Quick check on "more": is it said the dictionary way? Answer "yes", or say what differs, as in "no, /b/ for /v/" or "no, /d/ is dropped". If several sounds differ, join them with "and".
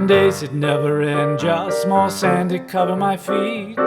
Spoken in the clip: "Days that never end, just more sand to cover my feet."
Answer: no, /l/ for /ɹ/